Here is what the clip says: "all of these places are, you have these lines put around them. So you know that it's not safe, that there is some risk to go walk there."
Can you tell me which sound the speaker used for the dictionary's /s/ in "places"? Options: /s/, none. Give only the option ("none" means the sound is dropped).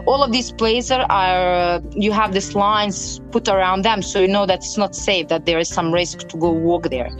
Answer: none